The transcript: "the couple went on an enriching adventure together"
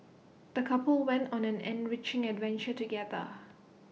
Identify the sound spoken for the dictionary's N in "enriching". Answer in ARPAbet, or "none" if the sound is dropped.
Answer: N